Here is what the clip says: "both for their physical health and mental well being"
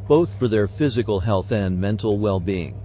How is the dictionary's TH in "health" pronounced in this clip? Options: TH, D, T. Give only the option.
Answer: TH